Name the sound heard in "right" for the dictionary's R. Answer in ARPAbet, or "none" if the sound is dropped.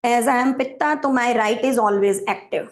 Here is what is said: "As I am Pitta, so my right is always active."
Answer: R